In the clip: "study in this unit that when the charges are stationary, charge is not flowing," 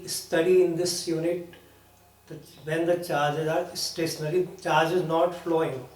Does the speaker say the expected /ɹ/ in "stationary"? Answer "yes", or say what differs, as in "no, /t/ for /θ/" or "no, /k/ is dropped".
no, /l/ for /ɹ/